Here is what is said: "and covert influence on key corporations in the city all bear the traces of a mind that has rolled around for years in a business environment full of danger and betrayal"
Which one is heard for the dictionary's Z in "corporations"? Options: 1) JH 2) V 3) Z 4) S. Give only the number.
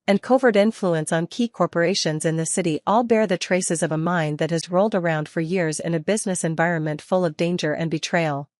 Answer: 3